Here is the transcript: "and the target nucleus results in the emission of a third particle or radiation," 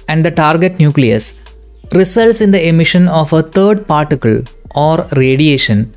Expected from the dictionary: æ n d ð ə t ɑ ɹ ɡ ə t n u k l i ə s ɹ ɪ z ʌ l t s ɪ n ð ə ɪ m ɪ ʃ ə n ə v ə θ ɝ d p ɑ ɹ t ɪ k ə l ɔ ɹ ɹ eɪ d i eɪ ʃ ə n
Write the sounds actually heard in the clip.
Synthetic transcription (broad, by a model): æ n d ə t ɑ ɹ ɡ ə t n u k l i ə s ɹ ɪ s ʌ l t s ɪ n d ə ɪ m ɪ ʃ ə n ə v ə t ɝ d p ɑ ɹ t ɪ k ə l ɔ ɹ ɹ eɪ d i eɪ ʃ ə n